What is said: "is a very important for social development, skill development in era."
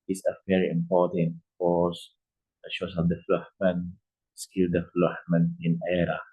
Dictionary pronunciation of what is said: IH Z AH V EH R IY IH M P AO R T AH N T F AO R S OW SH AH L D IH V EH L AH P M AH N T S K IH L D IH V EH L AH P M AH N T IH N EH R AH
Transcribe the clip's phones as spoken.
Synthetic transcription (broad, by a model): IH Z AH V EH R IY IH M P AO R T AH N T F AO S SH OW S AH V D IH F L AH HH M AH N S K IH L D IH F L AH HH M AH N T IH N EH R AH